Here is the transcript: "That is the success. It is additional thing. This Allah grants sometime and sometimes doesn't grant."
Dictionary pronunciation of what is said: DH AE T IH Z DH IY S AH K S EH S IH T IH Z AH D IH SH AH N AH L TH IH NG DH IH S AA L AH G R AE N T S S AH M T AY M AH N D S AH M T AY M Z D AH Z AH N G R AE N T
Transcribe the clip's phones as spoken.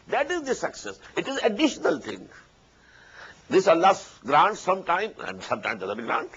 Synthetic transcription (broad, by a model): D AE T IH Z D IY S AH K S EH S IH T IH Z AH D IH SH AH N AH L T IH NG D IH S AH L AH G R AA N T S S AH M T AY M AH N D S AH M T AY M D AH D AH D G R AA N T